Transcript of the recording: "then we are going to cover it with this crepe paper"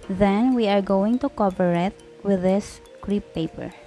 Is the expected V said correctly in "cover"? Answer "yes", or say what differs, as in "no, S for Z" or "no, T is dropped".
no, P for V